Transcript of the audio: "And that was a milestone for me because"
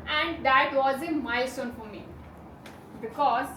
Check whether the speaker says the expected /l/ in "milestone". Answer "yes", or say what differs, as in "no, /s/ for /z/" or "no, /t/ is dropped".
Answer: no, /l/ is dropped